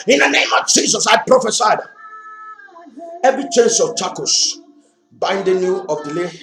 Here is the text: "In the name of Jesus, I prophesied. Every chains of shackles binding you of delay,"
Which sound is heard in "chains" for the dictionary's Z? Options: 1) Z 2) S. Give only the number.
2